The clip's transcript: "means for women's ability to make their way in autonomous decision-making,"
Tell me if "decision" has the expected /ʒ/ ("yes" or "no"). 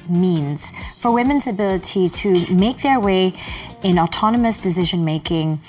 yes